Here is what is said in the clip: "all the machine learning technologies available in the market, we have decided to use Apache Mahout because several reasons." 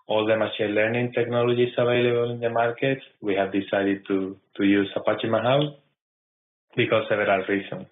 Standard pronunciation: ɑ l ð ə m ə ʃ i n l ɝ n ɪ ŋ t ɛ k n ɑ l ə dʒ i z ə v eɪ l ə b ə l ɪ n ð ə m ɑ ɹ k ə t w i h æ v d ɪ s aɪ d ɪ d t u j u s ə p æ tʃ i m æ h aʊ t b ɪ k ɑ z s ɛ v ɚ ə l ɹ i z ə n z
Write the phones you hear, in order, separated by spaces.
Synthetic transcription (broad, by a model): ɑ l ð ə m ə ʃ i l ɝ n ɪ ŋ t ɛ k n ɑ l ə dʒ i s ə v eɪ l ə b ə l ɪ n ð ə m ɑ ɹ k ə t w i h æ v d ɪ s aɪ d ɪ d t u j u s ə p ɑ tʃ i m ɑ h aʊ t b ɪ k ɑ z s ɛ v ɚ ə l ɹ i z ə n